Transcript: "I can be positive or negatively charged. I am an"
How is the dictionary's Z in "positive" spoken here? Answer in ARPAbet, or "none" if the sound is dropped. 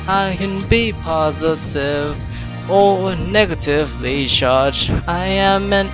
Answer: Z